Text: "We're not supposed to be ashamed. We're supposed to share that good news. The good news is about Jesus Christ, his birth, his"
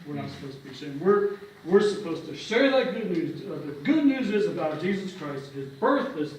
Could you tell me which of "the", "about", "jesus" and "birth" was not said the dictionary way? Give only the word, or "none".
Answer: none